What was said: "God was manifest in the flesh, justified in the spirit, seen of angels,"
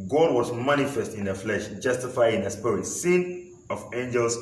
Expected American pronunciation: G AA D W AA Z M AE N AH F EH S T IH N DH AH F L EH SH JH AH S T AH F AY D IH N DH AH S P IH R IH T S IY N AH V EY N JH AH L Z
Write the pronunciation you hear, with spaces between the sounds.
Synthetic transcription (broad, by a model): G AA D W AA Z M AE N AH F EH S T IH N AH F L EH SH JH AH S T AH F AY IH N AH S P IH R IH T S IY N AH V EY N JH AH L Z